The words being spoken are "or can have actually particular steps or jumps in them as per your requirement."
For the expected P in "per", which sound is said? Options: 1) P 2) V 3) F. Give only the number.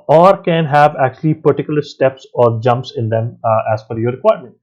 3